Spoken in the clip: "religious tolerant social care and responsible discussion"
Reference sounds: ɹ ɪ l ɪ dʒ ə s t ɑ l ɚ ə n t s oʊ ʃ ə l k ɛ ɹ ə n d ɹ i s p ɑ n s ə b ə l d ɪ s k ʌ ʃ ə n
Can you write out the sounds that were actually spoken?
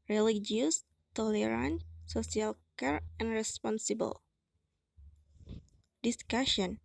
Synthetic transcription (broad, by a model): ɹ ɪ l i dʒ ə s t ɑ l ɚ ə n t s oʊ s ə l k ɛ ɹ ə n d ɹ i s p ɑ n s ə b ə l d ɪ s k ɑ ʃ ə n